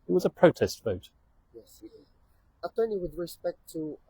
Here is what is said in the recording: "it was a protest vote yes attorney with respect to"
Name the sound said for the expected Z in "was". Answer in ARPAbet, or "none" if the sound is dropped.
Z